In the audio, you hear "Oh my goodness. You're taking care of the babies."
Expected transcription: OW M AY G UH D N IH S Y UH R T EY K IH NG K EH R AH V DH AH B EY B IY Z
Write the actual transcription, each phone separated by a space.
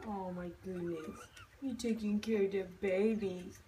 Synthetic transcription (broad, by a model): OW M AY G UH D N IH S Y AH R T EY K IH NG K EH R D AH B EY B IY